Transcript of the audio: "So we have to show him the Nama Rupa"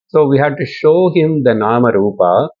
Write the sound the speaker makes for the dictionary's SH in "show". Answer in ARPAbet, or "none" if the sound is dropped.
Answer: SH